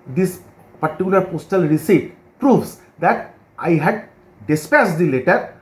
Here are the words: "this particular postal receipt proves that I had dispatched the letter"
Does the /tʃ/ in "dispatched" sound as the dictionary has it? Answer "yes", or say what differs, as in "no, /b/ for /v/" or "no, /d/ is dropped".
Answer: no, /s/ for /tʃ/